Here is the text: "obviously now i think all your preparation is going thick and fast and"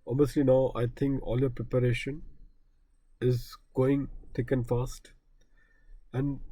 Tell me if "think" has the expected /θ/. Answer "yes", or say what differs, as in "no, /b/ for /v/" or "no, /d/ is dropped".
no, /t/ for /θ/